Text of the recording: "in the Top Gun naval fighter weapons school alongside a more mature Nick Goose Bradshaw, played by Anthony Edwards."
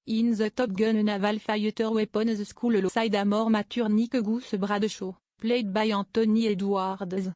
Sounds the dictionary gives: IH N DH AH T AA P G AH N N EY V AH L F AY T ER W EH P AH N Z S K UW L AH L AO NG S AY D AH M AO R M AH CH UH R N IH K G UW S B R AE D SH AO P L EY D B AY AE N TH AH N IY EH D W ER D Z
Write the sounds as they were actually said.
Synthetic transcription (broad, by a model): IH N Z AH T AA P G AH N N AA V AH L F AY T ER W EH P AH N Z S K UW L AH L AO S AY D AH M AO R M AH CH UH R N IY K G UW S B R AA D SH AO P L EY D B AY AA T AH N IY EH D W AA D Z